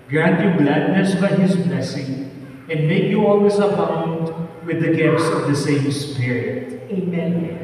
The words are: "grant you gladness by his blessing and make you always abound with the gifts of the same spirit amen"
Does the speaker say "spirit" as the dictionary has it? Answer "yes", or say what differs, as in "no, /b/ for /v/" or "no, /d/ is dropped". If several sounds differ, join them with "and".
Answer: no, /t/ is dropped